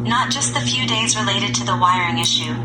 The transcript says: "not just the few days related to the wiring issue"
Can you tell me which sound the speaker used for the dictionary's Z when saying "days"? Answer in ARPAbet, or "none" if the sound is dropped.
Z